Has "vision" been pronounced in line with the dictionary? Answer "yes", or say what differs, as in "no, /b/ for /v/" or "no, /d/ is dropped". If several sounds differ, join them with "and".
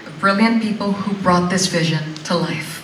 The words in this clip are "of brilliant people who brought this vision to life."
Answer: yes